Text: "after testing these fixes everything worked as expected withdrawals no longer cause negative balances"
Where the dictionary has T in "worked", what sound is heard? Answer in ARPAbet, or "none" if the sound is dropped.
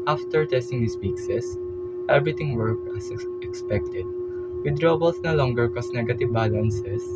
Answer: none